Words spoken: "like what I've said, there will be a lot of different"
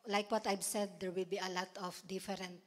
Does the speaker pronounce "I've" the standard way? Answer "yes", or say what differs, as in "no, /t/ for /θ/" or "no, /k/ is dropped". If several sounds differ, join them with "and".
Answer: no, /b/ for /v/